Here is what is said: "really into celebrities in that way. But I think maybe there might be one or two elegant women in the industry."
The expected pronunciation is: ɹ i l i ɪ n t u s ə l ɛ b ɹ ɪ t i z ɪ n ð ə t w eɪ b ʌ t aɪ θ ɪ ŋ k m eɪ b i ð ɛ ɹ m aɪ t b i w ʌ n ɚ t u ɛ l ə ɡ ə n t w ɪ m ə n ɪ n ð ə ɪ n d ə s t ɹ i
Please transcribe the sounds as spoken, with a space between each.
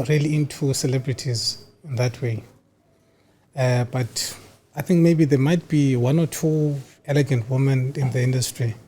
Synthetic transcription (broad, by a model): ɹ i l i ɪ n t u s ə l ɛ b ɹ ɪ t i z ɪ n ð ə t w eɪ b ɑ t aɪ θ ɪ ŋ k m eɪ b i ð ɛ m aɪ t b i w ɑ n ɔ t u ɛ l ə ɡ ə n t w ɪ m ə n ɪ n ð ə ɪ n d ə s t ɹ i